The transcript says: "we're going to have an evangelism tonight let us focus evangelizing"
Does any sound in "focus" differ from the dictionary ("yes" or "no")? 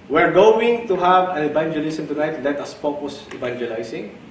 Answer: yes